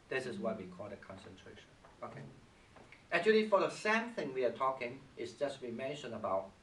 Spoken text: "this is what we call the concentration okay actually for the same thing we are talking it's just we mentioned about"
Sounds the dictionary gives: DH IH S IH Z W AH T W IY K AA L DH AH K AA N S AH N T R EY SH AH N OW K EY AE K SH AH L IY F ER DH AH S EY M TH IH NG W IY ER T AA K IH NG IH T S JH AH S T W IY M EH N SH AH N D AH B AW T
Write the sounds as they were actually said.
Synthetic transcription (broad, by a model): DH IH S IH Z W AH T W IY K AA L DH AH K AA N S AH N T R EY SH AH N OW K EY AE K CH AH L IY F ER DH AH S EY M TH IH NG W IY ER T AA K IH NG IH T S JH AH S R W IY M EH N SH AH N AH B AW T